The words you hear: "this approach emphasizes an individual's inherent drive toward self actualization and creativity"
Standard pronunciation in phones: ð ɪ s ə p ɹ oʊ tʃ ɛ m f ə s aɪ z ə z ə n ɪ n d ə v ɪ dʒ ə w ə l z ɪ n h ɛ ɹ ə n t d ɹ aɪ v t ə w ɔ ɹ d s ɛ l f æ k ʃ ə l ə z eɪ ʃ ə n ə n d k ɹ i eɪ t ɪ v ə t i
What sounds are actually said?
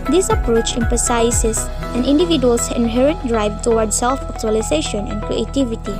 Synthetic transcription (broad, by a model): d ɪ s ə p ɹ oʊ tʃ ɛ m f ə s aɪ s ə s ə n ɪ n d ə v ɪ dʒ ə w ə l s ɪ n h ɛ ɹ ə n t d ɹ aɪ v t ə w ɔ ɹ d s ɛ l f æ k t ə l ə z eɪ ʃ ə n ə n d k ɹ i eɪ t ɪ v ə t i